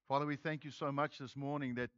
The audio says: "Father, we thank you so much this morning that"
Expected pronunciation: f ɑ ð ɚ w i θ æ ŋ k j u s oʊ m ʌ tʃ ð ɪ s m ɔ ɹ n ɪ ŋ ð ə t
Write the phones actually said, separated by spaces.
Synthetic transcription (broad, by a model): f ɑ ð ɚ w i θ æ ŋ k j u s oʊ m ʌ tʃ ð ɪ s m ɔ ɹ n ɪ ŋ ð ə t